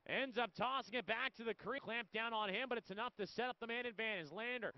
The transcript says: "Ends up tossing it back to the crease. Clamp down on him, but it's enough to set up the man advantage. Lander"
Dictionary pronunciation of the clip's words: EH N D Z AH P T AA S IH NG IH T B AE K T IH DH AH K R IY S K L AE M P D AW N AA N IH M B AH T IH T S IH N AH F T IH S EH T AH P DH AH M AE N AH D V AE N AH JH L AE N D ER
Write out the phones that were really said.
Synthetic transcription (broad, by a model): EH N D Z AH P T AA S IH NG IH T B AE K T IH DH AH K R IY K L AE M P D AW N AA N IH M B AH T IH T S IH N AH F T IH S EH T AH P DH AH M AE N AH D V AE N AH Z L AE N D ER